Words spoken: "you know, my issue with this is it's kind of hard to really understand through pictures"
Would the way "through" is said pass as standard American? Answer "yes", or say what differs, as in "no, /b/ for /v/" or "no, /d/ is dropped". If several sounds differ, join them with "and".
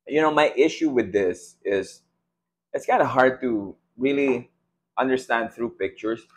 yes